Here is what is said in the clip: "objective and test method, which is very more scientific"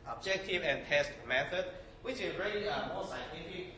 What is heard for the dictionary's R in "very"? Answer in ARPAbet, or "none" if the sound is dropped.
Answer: L